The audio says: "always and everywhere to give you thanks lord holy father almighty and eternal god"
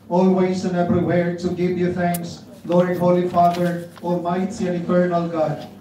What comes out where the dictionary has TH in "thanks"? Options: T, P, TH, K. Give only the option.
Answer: T